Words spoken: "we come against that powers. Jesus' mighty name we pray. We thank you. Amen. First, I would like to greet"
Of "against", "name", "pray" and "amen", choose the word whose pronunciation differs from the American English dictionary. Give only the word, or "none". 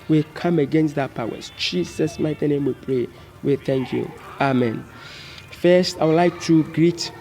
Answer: none